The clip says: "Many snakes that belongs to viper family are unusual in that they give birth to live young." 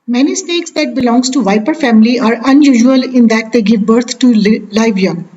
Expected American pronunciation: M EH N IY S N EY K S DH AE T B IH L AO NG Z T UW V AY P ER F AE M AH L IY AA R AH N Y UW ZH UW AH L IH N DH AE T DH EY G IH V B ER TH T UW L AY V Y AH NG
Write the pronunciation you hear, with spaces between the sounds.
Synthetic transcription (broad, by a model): M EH N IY S N EY K S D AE T B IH L AO NG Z T UW V AY P ER F AE M AH L IY AA R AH N Y UW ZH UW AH L IH N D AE T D EY G IH V B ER T T UW L AY V Y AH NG